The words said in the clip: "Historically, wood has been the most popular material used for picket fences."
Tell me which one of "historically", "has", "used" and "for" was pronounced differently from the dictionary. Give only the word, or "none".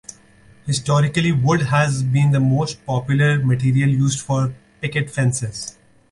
none